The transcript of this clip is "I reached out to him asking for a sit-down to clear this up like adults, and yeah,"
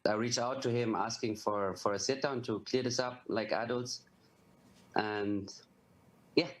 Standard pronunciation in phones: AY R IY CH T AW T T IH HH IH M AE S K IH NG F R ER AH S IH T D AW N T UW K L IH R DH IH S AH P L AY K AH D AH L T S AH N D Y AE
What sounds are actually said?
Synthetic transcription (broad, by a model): AY R IY CH AW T T IH HH IH M AE S K IH NG F R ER AH S IH T D AW N T UW K L IH R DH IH S AH P L AY K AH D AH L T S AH N Y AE